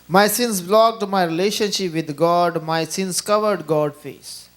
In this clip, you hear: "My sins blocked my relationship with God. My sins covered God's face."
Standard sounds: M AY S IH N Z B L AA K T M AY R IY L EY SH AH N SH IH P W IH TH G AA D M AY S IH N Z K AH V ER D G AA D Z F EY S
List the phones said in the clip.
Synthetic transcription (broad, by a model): M AY S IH N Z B L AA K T M AY R IY L EY SH AH N SH IH P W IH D G AA D M AY S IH N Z K AH V ER D G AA D F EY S